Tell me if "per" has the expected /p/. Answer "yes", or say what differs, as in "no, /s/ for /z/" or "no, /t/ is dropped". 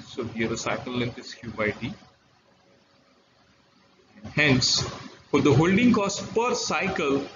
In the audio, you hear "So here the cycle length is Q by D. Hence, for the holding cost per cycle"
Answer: yes